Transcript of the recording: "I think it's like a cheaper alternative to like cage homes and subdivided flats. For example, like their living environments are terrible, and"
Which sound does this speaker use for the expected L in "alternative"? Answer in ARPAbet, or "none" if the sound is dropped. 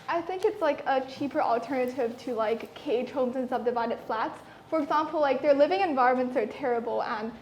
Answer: L